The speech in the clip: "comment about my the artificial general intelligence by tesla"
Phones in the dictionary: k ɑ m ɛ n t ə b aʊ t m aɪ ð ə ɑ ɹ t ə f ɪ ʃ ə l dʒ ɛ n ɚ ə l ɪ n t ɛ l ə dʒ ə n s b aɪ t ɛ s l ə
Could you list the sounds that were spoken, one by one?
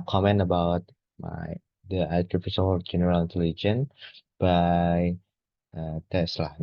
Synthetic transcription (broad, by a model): k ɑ m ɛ n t ə b aʊ t m aɪ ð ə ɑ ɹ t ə f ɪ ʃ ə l dʒ ɛ n ɚ ə l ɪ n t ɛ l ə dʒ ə n b aɪ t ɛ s l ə